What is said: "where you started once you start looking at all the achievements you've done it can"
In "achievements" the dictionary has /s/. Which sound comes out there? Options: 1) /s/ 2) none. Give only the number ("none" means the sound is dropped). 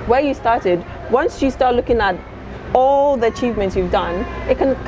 1